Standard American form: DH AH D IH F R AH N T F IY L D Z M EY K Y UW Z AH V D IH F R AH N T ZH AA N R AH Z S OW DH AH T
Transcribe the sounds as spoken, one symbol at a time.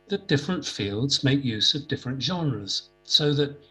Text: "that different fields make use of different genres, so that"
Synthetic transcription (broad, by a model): DH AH D IH F R AH N T F IY L D Z M EY K Y UW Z AH V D IH F R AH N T ZH AA N R AH Z S OW DH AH T